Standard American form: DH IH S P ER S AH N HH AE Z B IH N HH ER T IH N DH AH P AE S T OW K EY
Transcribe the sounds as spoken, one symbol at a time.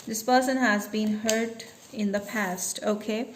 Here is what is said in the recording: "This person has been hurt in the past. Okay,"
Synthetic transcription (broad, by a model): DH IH S P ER S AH N HH AE Z B IH N HH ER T IH N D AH P AE S T OW K EY